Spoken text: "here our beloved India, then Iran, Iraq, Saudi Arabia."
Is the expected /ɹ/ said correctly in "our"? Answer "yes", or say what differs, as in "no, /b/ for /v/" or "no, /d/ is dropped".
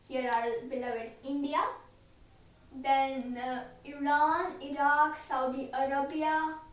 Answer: no, /l/ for /ɹ/